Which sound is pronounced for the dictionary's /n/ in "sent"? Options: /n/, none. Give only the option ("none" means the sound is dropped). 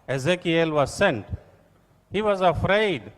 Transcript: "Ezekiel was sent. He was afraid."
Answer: /n/